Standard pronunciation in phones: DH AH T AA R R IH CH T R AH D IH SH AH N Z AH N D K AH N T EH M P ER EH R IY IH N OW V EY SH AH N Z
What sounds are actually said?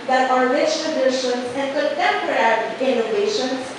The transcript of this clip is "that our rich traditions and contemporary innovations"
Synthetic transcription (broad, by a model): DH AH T AA R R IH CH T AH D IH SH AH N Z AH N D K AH T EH M P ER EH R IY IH N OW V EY SH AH N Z